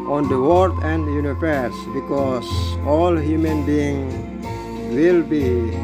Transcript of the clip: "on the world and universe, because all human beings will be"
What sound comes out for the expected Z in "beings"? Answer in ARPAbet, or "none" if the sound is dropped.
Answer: none